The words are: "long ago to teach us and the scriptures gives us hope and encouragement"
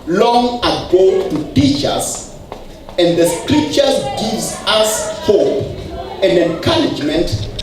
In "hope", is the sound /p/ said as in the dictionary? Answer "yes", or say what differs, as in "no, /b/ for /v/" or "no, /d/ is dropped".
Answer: no, /p/ is dropped